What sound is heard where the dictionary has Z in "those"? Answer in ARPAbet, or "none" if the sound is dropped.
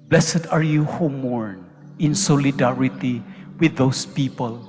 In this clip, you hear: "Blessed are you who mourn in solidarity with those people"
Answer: S